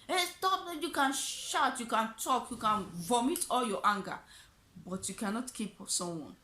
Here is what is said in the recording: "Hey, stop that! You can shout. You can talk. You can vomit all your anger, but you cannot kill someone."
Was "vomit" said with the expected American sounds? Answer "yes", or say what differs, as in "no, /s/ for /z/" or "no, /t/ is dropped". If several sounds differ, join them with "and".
yes